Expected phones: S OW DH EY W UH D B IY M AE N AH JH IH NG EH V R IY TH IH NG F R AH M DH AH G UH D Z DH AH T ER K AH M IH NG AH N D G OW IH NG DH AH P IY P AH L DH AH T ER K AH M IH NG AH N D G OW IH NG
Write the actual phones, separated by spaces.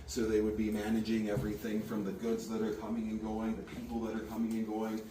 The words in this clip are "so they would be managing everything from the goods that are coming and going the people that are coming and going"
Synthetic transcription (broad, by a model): S OW DH EY W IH D B IY M AE N AH JH IH NG EH V R IY TH IH NG F R AH M DH AH G UH D Z DH AH T ER K AH M IH NG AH N G OW IH NG DH AH P IY P L DH AH T ER K AH M IH NG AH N G OW IH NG